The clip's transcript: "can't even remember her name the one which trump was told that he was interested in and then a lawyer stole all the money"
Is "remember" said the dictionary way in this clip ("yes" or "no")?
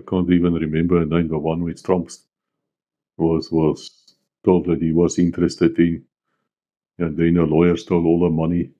yes